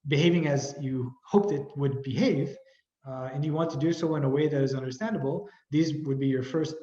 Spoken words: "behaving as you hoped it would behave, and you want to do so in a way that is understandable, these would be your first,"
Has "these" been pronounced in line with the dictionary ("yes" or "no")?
yes